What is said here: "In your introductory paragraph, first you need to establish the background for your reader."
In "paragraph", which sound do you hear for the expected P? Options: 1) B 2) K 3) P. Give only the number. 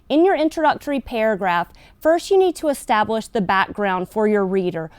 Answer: 3